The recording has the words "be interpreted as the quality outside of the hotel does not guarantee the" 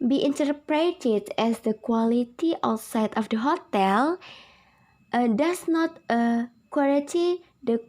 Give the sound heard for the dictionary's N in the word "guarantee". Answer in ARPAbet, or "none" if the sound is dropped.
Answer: none